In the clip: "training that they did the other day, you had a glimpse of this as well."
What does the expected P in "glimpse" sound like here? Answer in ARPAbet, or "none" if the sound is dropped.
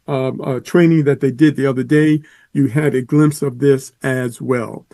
P